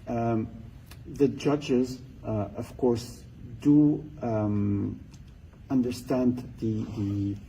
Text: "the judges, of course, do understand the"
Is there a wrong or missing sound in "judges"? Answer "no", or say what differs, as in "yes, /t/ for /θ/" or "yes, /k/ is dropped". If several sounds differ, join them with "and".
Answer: no